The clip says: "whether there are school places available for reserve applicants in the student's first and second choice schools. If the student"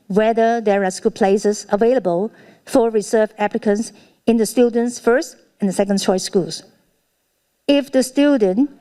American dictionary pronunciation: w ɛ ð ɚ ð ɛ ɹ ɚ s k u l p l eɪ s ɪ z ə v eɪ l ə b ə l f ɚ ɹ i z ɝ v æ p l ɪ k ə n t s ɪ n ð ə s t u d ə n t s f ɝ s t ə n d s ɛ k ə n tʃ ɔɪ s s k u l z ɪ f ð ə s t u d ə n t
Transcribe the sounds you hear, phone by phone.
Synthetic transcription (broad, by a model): w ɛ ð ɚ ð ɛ ɹ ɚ s k u l p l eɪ s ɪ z ə v eɪ l ə b ə l f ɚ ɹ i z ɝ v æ p l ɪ k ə n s ɪ n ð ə s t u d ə n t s f ɝ s t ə n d s ɛ k ə n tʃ ɔɪ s s k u l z ɪ f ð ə s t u d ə n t